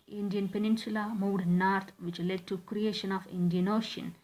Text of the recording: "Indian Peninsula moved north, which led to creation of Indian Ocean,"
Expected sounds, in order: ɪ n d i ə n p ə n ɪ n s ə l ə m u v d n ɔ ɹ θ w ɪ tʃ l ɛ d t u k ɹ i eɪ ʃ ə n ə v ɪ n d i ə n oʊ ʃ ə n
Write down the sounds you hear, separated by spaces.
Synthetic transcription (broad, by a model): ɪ n d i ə n p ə n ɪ n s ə l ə m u d n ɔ ɹ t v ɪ tʃ l ɛ d t u k ɹ i eɪ ʃ ə n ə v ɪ n d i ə n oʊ ʃ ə n